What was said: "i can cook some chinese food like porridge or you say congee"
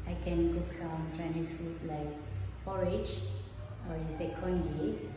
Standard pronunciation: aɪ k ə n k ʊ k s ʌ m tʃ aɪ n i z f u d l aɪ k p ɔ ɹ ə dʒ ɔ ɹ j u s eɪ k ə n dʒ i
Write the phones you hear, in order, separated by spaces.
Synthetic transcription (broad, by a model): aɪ k ə n k ʊ k s ʌ m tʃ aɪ n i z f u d l aɪ k f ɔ ɹ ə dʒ ɔ ɹ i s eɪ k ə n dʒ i